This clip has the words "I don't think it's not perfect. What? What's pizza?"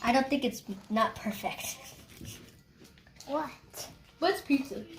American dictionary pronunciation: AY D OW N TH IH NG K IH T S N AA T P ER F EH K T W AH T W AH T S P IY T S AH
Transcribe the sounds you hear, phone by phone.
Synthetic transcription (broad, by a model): AY D OW N TH IH NG K IH T S N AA T P ER F EH K T W AH T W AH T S P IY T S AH